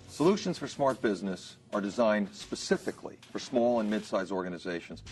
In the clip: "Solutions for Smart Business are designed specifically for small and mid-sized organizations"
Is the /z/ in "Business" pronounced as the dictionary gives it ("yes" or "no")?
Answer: yes